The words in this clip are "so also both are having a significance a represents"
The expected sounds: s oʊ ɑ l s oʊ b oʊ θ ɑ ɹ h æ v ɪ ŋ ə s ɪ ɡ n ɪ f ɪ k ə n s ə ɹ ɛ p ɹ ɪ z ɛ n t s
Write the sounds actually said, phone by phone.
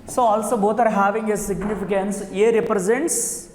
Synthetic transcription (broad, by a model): s oʊ ɑ l s oʊ b oʊ t ɑ ɹ h æ v ɪ ŋ ə s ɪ ɡ n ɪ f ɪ k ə n s ə ɹ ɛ p ɹ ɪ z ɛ n t s